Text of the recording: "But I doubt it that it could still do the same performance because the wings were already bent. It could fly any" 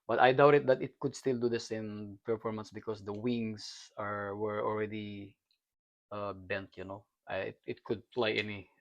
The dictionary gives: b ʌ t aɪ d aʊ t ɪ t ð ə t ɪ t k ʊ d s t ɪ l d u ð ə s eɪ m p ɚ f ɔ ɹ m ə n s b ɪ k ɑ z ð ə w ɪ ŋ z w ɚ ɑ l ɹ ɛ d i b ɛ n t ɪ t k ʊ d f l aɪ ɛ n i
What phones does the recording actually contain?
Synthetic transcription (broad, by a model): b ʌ t aɪ d aʊ t ɪ t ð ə t ɪ t k ʊ d s t ɪ l d u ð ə s eɪ m p ɚ f ɔ ɹ m ə n s b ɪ k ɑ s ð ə w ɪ ŋ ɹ w ɚ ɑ l ɹ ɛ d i b ɛ n t ɪ t k ʊ d p l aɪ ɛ n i